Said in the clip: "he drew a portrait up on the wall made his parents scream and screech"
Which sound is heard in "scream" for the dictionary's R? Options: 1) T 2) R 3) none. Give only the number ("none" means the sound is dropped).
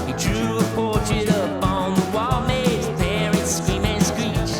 3